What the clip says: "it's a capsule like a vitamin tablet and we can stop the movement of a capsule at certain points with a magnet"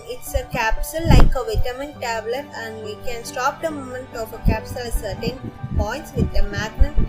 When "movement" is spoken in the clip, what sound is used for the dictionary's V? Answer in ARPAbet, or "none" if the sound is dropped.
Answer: none